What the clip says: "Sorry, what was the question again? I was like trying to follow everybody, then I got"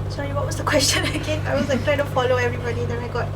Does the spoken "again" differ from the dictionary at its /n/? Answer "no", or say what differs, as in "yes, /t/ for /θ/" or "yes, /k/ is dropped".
yes, /n/ is dropped